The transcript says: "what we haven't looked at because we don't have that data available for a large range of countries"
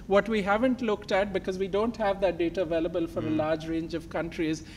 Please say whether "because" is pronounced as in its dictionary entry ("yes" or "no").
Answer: yes